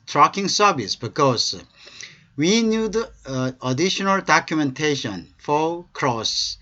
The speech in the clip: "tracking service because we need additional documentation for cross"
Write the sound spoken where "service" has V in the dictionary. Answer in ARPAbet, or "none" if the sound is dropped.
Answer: B